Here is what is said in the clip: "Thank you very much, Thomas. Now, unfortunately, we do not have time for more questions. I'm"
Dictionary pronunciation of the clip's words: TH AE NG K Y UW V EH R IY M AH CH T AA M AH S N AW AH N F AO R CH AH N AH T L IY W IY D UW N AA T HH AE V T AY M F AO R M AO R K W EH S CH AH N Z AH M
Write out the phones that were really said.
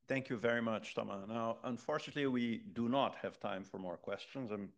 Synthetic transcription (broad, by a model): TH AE NG K Y UW V EH R IY M AH CH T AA M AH N AW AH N F AO R CH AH N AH T L IY W IY D UW N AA T HH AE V T AY M F AO R M AO R K W EH S CH AH N Z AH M